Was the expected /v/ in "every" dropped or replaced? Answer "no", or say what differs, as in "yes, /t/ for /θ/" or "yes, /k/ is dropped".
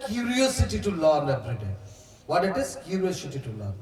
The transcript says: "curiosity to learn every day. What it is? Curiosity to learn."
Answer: yes, /b/ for /v/